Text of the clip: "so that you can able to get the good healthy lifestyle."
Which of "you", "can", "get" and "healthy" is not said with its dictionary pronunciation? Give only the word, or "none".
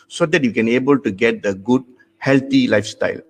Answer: healthy